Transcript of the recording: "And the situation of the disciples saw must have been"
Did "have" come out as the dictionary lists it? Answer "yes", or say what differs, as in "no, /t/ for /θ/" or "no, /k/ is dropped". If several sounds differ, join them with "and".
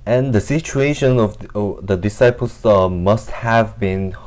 yes